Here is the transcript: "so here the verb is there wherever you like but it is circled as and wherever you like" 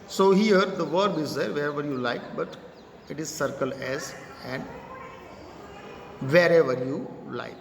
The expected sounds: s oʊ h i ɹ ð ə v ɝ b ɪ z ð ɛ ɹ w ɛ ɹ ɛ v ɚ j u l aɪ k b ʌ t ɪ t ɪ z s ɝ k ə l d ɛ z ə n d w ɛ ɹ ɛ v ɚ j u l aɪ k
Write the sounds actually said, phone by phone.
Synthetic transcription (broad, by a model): s oʊ h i ɹ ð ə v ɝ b ɪ z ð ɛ ɹ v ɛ ɹ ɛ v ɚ j u l aɪ k b ʌ t ɪ t ɪ z s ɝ k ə l ɛ z ə n d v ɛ ɹ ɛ v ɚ j u l aɪ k